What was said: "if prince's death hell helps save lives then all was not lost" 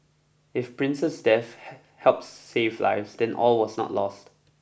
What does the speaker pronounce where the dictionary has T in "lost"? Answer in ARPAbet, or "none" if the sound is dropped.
T